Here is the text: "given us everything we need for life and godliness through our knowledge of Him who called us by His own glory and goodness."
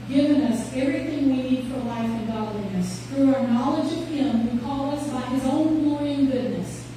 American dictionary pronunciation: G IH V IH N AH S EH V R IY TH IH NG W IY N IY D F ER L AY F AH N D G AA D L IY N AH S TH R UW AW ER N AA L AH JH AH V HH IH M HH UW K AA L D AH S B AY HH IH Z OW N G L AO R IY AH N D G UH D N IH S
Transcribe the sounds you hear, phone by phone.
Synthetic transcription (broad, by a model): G IH V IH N AH S EH V R IY TH IH NG W IY N IY D F ER L AY F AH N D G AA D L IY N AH S TH R UW AW ER N AA L AH JH AH V HH IH M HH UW K AA L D AH S B AY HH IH Z OW N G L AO R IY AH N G UH D N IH S